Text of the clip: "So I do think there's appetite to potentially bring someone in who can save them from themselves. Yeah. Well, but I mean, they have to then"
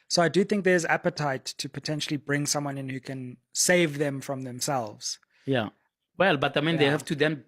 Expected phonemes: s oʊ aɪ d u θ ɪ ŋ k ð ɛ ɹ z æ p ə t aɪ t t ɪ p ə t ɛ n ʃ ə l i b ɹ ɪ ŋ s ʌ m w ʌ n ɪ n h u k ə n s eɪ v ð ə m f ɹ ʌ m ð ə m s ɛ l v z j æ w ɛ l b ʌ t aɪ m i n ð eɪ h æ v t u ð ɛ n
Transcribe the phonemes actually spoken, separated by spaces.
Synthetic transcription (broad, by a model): s oʊ aɪ d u θ ɪ ŋ k ð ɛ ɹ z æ p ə t aɪ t t ɪ p ə t ɛ n ʃ ə l i b ɹ ɪ ŋ s ʌ m w ʌ n ɪ n h u k ə n s eɪ v ð ə m f ɹ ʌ m ð ə m s ɛ l v z j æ w ɛ l b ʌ t aɪ m i n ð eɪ h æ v t u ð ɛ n